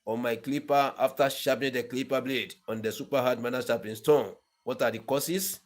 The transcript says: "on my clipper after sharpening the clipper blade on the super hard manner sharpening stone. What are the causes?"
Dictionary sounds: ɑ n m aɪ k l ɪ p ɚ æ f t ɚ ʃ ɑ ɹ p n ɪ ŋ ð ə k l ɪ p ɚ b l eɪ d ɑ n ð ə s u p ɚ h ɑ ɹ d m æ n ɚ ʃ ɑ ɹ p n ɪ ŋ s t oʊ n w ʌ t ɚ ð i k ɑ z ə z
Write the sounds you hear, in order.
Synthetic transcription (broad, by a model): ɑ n m aɪ k l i p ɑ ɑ f t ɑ ʃ ɑ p ɪ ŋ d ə k l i p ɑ b l eɪ d ɑ n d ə s u p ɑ h ɑ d m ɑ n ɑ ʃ ɑ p ɪ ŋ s t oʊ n w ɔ t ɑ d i k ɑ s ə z